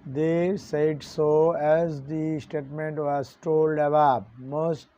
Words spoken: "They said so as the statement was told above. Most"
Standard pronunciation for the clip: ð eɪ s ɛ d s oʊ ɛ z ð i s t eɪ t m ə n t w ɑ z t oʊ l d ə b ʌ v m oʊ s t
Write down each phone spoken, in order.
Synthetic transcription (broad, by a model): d eɪ s ɛ d s oʊ ɛ z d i s t eɪ t m ə n t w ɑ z t oʊ l d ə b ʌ p m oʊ s t